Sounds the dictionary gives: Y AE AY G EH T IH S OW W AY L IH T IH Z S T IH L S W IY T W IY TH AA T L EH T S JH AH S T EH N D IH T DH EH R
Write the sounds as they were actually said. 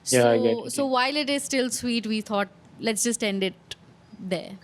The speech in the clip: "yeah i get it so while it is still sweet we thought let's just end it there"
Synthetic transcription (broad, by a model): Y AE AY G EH IH S OW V AY L IH T IH Z S T IH L S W IY T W IY T AA T L EH T S JH AH S T EH N D IH T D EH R